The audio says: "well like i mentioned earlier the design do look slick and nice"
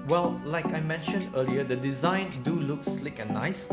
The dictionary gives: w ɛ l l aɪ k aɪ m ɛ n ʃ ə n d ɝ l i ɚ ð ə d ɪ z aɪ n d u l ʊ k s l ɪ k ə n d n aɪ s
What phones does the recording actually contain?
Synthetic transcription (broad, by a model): w ɛ l l aɪ k aɪ m ɛ n ʃ ə n d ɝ l i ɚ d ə d ɪ z aɪ n d u l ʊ k s l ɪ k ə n n aɪ s